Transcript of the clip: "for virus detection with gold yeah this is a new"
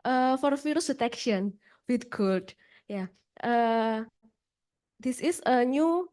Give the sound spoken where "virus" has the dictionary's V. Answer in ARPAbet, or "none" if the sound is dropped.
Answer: F